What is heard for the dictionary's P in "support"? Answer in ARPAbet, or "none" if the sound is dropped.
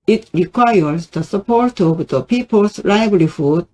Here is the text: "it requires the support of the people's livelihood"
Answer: P